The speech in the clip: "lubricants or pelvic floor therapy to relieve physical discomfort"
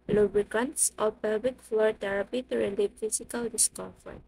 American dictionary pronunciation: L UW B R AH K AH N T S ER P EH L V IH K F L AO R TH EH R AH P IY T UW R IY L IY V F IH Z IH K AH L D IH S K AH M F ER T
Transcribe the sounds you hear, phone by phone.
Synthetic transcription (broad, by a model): L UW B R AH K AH N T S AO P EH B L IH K F L AO R T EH R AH P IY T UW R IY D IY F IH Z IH K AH L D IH S K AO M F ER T